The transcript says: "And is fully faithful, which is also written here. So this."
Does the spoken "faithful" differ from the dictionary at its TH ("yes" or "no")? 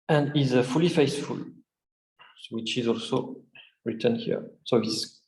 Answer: yes